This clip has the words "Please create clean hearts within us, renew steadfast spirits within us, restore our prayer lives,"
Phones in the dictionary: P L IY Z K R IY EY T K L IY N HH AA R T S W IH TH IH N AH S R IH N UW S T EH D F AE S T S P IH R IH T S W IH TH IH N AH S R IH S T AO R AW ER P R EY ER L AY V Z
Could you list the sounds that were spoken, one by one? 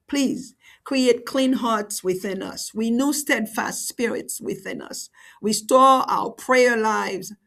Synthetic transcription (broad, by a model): P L IY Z K R IY EY T K L IY N HH AA R T S W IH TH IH N AH S W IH N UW S T EH D F AE S T S P IH R IH T S W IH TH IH N AH S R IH S T AO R AW ER P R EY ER L AY V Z